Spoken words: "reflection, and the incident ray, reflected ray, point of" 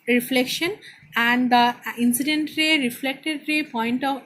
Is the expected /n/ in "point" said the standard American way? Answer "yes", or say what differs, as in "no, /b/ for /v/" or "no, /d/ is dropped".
yes